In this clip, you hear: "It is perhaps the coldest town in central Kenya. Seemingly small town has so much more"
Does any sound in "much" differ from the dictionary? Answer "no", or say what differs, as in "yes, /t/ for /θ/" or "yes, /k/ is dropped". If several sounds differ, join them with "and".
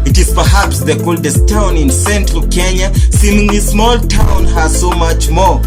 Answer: no